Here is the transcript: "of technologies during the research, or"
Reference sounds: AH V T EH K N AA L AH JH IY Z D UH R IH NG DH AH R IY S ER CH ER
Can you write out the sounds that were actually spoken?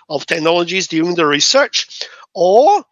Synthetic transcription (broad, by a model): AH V T EH K N AA L AH JH IY Z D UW IH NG DH AH R IY S ER CH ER